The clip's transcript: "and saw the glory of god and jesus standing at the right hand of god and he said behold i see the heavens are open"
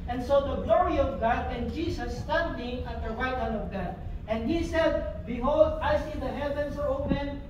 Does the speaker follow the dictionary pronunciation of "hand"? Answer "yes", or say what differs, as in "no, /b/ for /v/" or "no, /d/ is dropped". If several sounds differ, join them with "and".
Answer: no, /d/ is dropped